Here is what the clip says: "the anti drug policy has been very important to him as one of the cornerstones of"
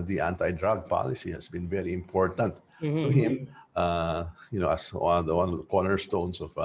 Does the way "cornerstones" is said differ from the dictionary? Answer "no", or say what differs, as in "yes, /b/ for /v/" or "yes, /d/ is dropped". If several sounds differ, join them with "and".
yes, /s/ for /z/